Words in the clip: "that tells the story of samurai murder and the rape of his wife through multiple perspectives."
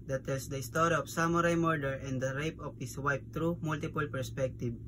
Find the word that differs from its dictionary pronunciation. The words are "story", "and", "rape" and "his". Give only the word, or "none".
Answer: his